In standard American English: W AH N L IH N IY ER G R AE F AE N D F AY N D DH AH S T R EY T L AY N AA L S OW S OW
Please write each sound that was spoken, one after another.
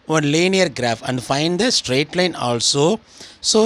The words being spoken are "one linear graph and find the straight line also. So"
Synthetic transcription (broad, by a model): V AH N L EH N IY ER G R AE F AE N D F AY N D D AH S T R EY T L AY N AA L S OW S OW